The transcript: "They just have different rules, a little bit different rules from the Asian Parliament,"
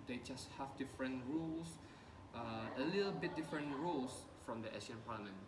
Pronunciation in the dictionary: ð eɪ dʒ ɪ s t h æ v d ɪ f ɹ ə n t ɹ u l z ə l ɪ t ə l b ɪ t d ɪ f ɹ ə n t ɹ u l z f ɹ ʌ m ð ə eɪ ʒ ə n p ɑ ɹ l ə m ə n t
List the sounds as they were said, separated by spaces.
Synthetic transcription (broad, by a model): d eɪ dʒ ɪ s t h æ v d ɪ f ɹ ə n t ɹ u l s ə l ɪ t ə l b ɪ t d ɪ f ɹ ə n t ɹ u l s f ɹ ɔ m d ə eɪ s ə n p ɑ l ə m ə n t